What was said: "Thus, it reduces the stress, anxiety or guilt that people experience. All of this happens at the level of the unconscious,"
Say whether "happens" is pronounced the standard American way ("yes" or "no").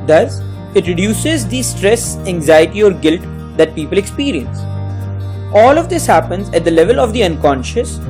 yes